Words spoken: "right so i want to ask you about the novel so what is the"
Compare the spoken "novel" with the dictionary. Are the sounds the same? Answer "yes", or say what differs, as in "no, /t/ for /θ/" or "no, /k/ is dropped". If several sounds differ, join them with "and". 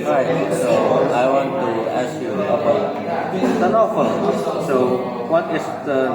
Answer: no, /f/ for /v/